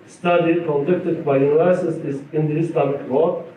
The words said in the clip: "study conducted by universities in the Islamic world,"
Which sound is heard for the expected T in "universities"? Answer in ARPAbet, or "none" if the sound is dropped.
S